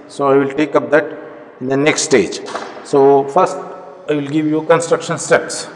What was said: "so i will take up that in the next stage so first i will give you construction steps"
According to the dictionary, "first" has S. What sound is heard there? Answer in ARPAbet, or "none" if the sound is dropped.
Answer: S